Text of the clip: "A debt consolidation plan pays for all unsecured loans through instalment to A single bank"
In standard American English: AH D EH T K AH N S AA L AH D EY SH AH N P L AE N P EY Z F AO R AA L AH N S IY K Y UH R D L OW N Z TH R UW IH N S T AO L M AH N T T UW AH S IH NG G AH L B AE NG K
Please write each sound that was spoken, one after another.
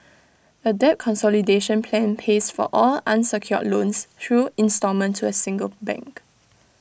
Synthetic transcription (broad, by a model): AH D EH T K AH N S AA L AH D EY SH AH N P L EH N P EY S F AO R AA L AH N S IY K Y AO L OW N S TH R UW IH N S T AO M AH N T T UW AH S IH NG G AH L B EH NG K